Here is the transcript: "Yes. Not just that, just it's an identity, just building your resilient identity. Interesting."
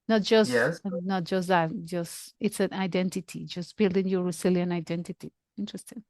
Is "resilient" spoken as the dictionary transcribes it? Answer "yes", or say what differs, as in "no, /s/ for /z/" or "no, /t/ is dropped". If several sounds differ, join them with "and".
no, /t/ is dropped